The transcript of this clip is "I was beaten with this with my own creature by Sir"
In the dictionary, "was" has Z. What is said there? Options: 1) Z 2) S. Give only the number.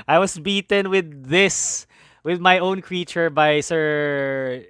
2